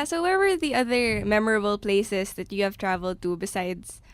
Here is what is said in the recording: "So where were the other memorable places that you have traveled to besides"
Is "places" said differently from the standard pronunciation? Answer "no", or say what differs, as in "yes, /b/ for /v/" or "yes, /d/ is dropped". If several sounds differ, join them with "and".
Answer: yes, /s/ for /z/